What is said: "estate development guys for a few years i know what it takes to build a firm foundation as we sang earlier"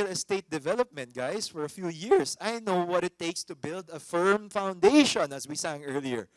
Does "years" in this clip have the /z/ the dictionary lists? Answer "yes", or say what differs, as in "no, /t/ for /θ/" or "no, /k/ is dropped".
no, /s/ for /z/